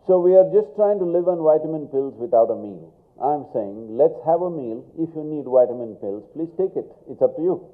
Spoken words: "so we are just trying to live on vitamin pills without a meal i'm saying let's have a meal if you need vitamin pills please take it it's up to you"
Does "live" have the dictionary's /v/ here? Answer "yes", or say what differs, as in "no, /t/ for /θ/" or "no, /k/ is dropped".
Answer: yes